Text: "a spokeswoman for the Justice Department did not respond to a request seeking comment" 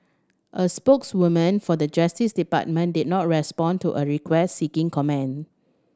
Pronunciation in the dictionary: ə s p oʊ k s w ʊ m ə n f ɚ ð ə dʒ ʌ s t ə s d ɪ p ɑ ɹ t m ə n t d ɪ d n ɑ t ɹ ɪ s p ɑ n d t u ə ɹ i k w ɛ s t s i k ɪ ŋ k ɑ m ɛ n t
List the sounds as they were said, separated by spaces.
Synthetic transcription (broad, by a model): ə s p oʊ k s w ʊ m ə n f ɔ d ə dʒ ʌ s t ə s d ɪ p ɑ t m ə n d ɪ d n ɑ t ɹ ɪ s p ɑ n t u ə ɹ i k w ɛ s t s i k ɪ ŋ k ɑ m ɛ n